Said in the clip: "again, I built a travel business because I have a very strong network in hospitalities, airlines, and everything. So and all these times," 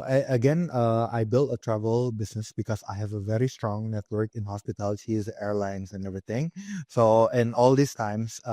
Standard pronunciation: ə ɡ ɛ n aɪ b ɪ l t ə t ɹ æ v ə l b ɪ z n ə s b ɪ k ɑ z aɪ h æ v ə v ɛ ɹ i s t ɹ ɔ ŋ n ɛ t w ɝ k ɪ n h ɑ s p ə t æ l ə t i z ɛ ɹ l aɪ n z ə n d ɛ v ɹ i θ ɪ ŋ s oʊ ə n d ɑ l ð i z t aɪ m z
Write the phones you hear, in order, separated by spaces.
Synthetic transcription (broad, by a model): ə ɡ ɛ n aɪ b ɪ l t ə t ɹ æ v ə l b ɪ s n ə s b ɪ k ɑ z aɪ h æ v ə v ɛ ɹ i s t ɹ ɔ ŋ n ɛ t w ɝ k ɪ n h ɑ s p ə t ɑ l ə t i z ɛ ɹ l aɪ n s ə n ɛ v ɹ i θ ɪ ŋ s oʊ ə n ɑ l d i s t aɪ m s